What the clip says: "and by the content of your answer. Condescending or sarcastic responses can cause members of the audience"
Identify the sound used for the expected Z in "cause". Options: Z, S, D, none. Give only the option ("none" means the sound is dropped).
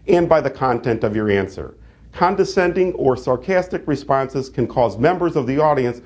Z